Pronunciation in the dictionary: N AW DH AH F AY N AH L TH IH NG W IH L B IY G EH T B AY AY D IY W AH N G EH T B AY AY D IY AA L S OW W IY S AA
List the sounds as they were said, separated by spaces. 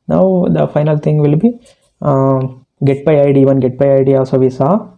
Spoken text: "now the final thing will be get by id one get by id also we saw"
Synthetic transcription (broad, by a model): N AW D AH F AY N AH L T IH NG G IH L B IY G EH T B AY AY D IY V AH N G EH T B AY AY D IY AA S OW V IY S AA